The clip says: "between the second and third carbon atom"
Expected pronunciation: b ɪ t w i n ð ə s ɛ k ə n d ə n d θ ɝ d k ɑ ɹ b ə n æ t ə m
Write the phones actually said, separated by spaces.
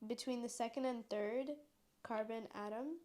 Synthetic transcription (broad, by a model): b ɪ t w i n ð ə s ɛ k ə n d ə n θ ɝ d k ɑ ɹ b ə n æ t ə m